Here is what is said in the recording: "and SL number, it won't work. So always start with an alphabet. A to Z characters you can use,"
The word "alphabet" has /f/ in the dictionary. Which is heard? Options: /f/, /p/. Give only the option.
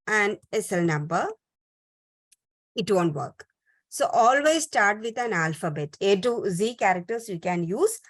/f/